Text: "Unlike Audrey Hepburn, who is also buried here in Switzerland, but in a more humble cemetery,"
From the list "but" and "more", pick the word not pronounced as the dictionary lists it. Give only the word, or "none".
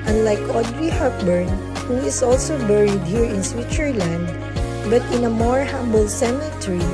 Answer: none